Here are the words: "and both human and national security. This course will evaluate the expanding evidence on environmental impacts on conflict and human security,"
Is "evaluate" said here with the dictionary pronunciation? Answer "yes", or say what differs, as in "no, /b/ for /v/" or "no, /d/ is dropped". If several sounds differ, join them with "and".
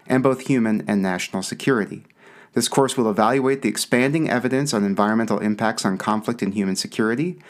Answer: yes